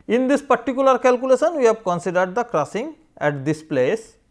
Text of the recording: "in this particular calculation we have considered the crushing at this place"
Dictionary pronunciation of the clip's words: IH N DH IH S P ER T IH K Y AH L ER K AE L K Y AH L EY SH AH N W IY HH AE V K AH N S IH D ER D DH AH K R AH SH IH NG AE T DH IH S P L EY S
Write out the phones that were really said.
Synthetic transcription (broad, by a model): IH N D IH S P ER T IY K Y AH L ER K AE L K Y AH L EY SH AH N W IY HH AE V K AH N S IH D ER D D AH K R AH S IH NG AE T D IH S P L EY S